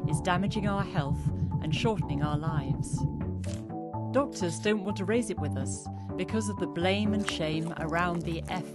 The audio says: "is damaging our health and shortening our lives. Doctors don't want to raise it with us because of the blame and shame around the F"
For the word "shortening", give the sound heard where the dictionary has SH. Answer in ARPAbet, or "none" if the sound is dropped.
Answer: SH